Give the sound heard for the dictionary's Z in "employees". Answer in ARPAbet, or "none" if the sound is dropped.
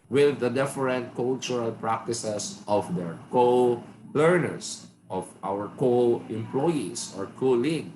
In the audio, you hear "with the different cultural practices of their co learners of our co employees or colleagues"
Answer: S